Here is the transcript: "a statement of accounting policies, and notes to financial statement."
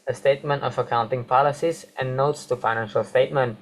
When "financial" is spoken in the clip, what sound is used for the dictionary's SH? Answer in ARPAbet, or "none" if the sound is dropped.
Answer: SH